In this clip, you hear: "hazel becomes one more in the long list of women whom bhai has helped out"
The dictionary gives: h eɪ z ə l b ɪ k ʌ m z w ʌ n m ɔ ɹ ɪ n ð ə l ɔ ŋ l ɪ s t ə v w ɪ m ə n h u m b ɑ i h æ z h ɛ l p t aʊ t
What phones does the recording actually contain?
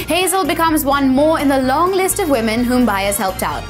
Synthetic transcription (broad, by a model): h eɪ z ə l b ɪ k ʌ m z w ʌ n m ɔ ɹ ɪ n ð ə l ɔ ŋ l ɪ s t ə v w ɪ m ə n h u m b ɑ i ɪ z h ɛ l p t aʊ t